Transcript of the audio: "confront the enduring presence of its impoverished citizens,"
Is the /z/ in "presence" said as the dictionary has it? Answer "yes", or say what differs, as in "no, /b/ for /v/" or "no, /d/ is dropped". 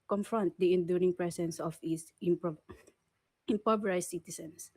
no, /s/ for /z/